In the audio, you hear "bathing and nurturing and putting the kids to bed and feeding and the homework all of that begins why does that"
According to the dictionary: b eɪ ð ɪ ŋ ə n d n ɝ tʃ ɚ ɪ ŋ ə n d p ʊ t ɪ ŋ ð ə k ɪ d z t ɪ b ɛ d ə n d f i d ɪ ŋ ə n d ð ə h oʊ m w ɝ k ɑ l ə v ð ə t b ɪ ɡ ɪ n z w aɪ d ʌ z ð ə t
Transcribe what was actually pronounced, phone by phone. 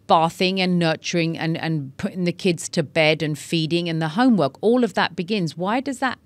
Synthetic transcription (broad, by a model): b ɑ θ ɪ ŋ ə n n ɝ tʃ ɚ ɪ ŋ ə n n p ʊ t ɪ ŋ ð ə k ɪ d z t ɪ b ɛ d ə n f i d ɪ ŋ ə n ð ə h oʊ m w ɝ k ɑ l ə v ð ə t b ɪ ɡ ɪ n z w aɪ d ʌ z ð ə t